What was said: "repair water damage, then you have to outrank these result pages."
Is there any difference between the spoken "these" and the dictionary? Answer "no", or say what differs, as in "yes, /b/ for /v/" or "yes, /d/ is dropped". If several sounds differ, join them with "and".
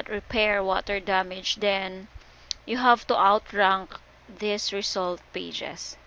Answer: yes, /s/ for /z/